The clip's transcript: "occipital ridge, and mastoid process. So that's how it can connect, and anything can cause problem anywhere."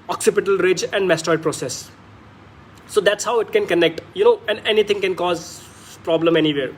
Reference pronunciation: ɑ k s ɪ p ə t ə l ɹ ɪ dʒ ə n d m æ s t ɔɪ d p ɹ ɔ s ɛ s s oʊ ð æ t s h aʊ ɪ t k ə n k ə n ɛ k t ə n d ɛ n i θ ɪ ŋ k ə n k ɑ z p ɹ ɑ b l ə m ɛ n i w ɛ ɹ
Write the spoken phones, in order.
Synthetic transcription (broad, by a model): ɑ k s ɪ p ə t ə l ɹ ɪ dʒ ə n d m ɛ s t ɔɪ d p ɹ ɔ s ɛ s s oʊ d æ t s h aʊ ɪ t k ə n k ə n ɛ k t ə n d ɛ n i t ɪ ŋ k ə n k ɑ z p ɹ ɑ b l ə m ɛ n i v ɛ ɹ